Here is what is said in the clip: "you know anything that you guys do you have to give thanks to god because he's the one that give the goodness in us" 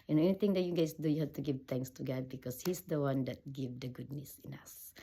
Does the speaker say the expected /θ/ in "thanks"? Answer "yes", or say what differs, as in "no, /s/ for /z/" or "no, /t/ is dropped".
no, /t/ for /θ/